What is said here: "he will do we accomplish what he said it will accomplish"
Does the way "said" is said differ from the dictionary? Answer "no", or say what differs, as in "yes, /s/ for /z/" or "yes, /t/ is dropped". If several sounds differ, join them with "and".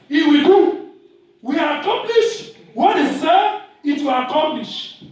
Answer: yes, /d/ is dropped